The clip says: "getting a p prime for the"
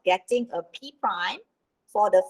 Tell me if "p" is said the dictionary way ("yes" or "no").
yes